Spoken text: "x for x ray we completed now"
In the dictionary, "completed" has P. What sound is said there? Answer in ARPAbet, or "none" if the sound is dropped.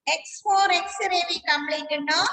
B